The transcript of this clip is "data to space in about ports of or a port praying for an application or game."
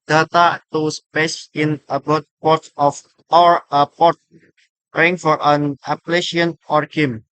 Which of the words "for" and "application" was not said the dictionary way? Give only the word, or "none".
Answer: application